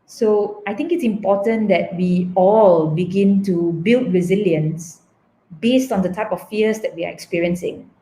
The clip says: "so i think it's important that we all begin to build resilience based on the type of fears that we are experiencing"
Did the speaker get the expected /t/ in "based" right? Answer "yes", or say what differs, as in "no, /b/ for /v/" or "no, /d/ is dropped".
yes